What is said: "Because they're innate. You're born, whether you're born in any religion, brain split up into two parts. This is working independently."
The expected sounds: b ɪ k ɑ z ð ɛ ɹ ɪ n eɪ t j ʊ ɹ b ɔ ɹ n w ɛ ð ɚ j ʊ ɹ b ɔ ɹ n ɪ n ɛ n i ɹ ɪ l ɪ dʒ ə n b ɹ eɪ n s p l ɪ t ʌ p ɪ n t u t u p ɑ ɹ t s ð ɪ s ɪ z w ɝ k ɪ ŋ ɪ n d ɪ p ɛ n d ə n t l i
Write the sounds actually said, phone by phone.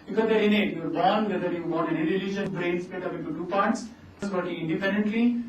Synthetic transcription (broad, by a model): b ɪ k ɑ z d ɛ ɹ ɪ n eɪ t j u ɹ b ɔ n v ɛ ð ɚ j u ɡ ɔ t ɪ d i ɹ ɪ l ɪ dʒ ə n b ɹ eɪ n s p ɪ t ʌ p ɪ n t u t u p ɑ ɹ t s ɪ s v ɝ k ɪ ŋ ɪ n d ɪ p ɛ n d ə n t l i